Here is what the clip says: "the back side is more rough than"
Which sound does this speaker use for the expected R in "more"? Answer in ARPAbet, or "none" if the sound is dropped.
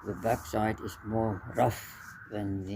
R